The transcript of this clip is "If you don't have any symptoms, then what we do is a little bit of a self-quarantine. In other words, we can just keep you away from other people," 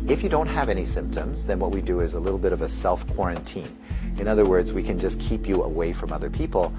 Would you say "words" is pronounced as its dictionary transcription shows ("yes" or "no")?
yes